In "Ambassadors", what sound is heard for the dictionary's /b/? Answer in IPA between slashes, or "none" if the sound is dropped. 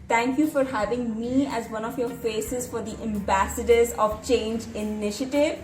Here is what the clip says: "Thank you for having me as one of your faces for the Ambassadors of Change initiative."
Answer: /b/